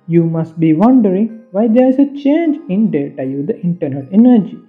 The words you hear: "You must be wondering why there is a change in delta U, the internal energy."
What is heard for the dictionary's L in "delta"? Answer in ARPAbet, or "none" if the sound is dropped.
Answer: none